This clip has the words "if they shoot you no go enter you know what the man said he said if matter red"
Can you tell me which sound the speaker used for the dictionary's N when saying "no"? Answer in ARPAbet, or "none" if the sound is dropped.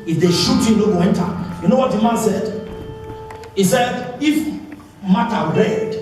L